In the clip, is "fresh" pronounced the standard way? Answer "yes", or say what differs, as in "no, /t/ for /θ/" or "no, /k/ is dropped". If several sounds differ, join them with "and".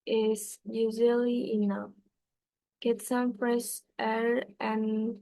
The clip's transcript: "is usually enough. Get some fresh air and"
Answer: no, /s/ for /ʃ/